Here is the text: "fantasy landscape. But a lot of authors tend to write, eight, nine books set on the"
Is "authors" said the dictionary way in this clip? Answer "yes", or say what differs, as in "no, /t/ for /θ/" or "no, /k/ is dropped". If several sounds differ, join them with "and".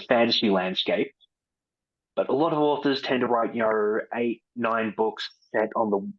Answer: yes